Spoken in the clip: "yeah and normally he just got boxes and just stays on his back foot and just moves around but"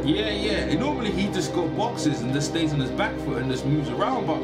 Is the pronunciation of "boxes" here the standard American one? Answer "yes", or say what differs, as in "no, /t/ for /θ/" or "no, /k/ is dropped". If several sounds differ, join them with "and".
yes